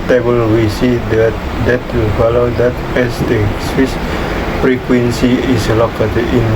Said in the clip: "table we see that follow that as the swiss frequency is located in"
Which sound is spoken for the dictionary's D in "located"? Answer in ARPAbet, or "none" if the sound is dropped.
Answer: none